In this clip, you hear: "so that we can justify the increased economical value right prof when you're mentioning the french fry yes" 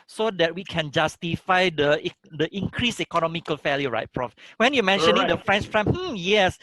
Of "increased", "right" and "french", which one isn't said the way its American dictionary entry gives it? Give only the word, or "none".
increased